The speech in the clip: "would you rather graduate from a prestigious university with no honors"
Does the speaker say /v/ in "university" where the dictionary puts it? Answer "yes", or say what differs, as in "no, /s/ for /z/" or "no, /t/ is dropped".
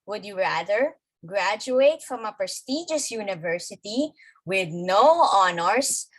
yes